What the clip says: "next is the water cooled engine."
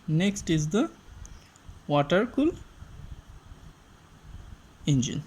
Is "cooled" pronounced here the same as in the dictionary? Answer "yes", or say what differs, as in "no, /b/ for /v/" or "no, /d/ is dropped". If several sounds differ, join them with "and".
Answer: no, /d/ is dropped